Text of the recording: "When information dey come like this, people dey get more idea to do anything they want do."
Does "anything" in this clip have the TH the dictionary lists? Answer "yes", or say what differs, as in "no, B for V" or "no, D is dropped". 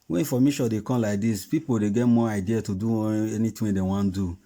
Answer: no, T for TH